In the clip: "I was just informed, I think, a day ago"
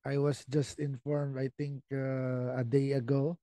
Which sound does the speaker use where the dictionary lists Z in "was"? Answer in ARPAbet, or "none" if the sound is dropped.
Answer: S